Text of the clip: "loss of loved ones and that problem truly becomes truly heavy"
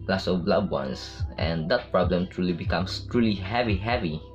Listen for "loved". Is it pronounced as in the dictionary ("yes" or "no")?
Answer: no